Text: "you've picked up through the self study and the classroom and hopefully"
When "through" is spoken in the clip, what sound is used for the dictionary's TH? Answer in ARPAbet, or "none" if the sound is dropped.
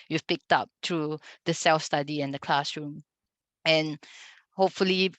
T